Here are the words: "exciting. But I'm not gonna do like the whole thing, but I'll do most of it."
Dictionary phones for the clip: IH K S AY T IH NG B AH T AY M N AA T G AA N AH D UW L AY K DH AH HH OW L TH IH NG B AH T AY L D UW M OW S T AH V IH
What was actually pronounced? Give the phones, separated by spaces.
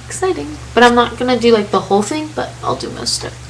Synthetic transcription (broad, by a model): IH K S AY T IH NG B AH T AY M N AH T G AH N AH D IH L AY K DH AH HH OW L TH IH NG B AH T AY L D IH M OW S T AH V